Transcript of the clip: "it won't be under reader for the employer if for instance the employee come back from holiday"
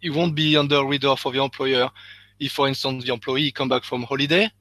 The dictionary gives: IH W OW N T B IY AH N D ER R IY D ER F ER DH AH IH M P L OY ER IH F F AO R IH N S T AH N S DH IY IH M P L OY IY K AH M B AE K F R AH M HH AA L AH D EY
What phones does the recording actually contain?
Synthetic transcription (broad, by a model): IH W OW N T B IY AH N D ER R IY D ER F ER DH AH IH P L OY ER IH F F AO R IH N S T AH N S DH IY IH P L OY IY K AH M B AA K F R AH M HH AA L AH D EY